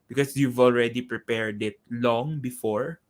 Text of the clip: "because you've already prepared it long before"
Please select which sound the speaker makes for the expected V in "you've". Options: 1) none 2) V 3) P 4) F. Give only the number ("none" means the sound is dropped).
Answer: 2